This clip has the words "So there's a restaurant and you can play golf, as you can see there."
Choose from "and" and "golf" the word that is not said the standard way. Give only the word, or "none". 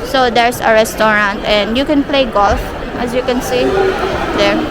none